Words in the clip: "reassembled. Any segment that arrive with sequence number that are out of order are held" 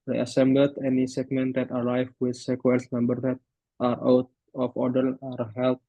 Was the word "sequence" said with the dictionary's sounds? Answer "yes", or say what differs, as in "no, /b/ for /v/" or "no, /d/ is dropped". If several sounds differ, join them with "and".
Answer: no, /l/ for /n/